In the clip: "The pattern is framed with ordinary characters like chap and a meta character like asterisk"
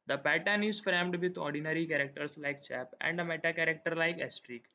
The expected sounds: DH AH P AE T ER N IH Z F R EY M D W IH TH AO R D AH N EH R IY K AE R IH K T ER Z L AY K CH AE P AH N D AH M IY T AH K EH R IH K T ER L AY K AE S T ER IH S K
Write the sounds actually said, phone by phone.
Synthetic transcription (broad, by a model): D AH P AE T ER N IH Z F R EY M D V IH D AO R D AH N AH R IY K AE R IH K T ER S L AY K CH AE P AH N D AH M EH T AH K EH R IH K T ER L AY K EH S T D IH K